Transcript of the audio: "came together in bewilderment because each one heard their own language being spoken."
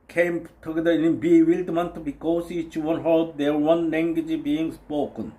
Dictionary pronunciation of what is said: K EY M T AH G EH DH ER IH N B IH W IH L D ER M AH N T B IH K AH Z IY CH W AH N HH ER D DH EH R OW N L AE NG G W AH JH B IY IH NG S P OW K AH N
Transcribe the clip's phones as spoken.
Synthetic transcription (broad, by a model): K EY M T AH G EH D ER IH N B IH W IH L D M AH N T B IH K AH S IY CH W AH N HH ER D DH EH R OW N L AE NG G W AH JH B IY IH NG S P OW K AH N